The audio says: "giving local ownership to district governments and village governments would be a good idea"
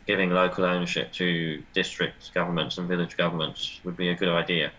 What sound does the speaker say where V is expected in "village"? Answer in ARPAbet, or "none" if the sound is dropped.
V